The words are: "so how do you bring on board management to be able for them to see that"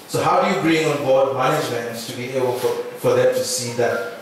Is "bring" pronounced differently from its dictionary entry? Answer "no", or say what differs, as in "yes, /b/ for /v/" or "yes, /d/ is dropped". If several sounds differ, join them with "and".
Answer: no